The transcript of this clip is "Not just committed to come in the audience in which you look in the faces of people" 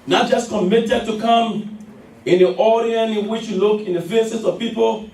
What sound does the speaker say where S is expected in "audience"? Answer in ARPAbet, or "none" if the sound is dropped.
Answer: none